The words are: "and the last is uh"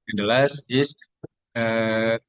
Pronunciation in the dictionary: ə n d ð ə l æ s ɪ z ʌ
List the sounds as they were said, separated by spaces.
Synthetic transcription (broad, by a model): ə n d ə l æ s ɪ s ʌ